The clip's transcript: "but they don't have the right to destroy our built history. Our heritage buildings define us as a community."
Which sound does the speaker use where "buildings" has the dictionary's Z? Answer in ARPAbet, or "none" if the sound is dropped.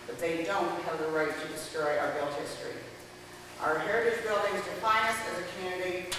Z